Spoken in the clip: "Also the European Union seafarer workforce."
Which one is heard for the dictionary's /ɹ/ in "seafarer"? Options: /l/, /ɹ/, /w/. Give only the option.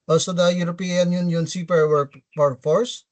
/w/